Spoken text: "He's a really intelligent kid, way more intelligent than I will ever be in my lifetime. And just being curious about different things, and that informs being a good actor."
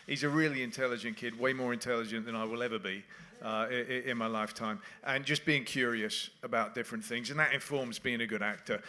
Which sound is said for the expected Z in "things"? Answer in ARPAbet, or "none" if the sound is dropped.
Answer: Z